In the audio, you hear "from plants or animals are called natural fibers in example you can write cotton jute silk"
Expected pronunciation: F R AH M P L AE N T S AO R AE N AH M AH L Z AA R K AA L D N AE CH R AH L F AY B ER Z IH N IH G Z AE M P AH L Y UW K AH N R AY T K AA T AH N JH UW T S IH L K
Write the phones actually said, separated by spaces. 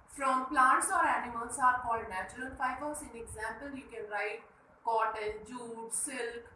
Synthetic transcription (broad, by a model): F R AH M P L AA N T S AO R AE N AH M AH L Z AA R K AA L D N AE CH R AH L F AY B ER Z IH N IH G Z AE M P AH L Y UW K AH N R AY T K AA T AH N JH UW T S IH L K